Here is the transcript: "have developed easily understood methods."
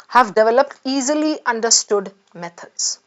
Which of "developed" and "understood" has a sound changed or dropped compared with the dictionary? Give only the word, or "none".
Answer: none